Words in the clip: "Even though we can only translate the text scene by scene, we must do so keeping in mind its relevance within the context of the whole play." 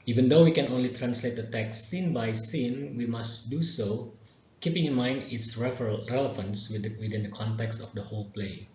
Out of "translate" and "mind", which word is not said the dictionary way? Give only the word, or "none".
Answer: none